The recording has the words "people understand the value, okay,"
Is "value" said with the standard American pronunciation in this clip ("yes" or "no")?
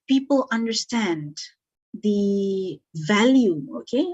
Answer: yes